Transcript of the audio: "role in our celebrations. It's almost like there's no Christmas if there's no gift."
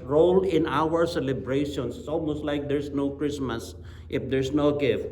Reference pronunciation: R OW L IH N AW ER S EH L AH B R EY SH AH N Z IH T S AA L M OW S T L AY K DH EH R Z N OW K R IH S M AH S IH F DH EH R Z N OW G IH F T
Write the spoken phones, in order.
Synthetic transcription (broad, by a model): R OW L IH N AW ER S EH L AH B R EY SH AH N S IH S AA L M OW S T L AY K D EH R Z N OW K R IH S M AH S IH F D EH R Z N OW G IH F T